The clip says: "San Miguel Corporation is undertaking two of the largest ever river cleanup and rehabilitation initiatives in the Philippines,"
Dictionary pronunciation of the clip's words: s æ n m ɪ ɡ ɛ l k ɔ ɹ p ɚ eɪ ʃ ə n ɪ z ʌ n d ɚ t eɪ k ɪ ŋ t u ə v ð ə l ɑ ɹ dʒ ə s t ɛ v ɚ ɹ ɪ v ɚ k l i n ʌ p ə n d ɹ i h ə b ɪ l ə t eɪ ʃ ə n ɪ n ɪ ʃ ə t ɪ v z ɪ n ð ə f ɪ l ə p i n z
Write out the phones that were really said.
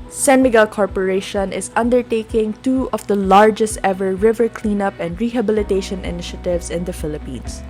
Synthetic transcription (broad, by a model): s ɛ n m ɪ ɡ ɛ l k ɔ ɹ p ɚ eɪ ʃ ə n ɪ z ʌ n d ɚ t eɪ k ɪ ŋ t u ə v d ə l ɑ ɹ dʒ ə s t ɛ v ɚ ɹ ɪ v ɚ k l i n ʌ p ə n d ɹ i h ə b ɪ l ə t eɪ ʃ ə n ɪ n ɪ ʃ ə t ɪ v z ɪ n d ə f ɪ l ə p i n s